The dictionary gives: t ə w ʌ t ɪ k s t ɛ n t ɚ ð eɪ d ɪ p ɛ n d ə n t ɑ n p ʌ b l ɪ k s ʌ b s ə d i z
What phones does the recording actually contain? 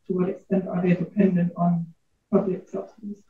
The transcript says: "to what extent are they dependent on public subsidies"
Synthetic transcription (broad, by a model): t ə w ʌ t ɪ k s t ɛ n t ɚ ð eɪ d ɪ p ɛ n d ə n t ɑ n p ʌ b l ɪ k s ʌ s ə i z